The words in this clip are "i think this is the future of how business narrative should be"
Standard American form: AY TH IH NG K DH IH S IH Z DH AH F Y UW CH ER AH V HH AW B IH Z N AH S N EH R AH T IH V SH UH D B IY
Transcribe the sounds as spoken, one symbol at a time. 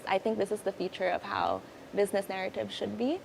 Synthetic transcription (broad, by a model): AY TH IH NG K DH IH S IH Z DH AH F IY CH ER AH V HH AW B IH Z N AH S N EH R AH T IH V SH UH D B IY